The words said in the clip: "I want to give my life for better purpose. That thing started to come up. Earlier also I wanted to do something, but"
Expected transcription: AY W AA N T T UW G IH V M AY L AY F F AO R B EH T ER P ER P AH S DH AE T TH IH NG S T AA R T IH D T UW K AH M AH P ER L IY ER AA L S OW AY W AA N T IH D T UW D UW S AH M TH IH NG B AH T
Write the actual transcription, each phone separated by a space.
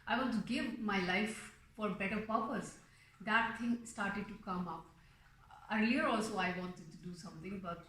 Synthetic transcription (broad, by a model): AY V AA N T T UW G IH V M AY L AY F F AO R B EH T ER P ER P AH S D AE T T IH NG S T AA R T IH D T UW K AH M AH P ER IY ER AA L S OW AY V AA N T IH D T UW D UW S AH M T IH NG B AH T